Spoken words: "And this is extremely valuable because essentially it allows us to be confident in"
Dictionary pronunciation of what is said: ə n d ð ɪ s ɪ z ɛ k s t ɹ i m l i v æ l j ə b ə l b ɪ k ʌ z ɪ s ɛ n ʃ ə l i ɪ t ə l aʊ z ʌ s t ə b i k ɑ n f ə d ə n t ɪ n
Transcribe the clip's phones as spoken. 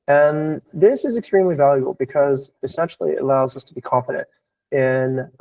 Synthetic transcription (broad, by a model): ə n ð ɪ s ɪ z ɛ k s t ɹ i m l i v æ l j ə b l b ɪ k ʌ z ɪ s ɛ n ʃ l i ɪ t ə l aʊ z ʌ s t ə b i k ɑ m f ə d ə n t ɪ n